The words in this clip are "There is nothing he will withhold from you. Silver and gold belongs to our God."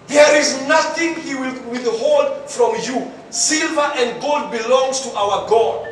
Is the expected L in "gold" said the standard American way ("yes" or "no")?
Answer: yes